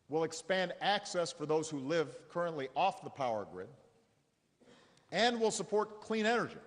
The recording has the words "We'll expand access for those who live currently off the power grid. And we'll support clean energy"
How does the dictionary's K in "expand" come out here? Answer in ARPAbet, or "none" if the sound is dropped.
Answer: K